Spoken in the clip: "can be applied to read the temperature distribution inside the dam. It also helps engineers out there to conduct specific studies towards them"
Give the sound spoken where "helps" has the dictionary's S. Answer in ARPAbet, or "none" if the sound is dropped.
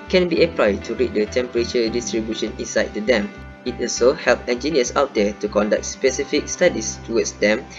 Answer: none